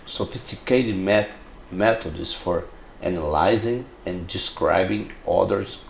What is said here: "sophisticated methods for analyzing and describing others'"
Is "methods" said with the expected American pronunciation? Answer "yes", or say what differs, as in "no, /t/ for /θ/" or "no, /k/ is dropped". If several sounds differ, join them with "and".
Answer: no, /t/ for /θ/